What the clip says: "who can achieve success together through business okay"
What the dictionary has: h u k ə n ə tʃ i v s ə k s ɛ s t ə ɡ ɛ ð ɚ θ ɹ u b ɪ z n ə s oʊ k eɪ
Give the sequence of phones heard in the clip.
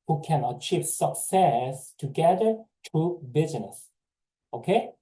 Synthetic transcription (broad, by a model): h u k ə n ə tʃ i v s ə k s ɛ s t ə ɡ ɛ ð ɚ t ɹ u b ɪ z n ə s oʊ k eɪ